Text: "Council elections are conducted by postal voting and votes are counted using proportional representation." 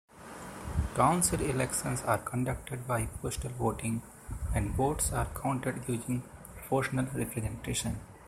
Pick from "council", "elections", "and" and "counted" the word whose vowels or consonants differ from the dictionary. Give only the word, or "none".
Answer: elections